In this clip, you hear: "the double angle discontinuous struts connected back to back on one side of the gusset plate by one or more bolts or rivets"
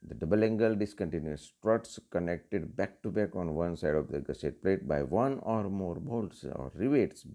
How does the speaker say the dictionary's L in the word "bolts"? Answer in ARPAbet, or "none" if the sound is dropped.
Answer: L